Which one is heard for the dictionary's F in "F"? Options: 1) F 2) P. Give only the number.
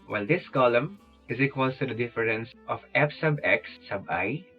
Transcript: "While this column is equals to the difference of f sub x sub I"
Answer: 2